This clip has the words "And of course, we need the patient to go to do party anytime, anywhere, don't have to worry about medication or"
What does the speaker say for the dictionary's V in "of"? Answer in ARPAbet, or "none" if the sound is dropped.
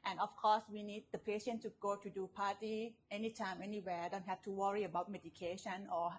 F